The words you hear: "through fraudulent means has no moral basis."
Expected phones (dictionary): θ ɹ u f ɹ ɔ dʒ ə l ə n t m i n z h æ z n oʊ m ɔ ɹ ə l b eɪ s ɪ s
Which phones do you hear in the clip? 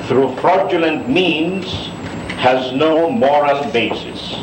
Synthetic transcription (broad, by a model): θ ɹ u f ɹ ɔ dʒ ə l ə n t m i n z h æ z n oʊ m ɔ ɹ ə l b eɪ s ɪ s